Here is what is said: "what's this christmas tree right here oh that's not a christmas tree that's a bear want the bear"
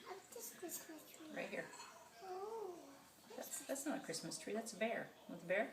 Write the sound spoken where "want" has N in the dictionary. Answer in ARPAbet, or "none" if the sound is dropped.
none